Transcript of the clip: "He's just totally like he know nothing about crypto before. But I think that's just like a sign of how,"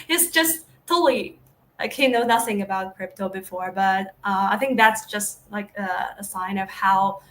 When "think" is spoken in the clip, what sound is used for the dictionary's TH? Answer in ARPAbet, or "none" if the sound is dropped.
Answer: TH